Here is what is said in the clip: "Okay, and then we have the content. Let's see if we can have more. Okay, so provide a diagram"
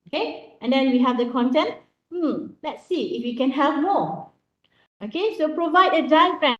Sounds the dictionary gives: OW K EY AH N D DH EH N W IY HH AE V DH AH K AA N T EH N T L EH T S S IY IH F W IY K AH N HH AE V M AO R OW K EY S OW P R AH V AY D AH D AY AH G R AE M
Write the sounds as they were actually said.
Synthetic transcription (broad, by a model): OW K EY AH N D EH N W IY HH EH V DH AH K AA N T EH N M L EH T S S IY IH F W IY K AH N HH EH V M AO OW K EY S OW P R AH V AY D AH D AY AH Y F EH